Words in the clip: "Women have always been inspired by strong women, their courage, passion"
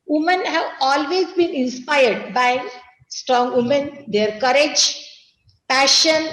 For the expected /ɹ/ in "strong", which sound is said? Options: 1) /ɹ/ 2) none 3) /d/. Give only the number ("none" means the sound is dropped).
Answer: 1